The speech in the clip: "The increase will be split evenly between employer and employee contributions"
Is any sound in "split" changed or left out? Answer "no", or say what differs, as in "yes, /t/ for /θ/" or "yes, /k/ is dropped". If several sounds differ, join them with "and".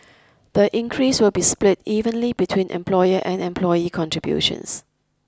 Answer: no